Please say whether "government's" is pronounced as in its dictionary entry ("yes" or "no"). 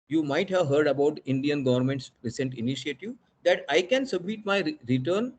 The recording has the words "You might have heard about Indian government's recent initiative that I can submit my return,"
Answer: yes